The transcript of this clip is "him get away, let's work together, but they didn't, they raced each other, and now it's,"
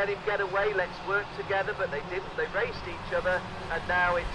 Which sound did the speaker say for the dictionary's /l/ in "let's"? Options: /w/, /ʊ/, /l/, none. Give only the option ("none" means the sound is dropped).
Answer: /l/